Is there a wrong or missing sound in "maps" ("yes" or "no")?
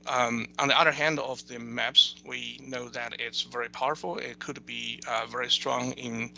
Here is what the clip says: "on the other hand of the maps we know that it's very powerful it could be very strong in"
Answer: no